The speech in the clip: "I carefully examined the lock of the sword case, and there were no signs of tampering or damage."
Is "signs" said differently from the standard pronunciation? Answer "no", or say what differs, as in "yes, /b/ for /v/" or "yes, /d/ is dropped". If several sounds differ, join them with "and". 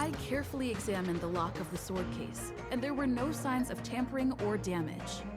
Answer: no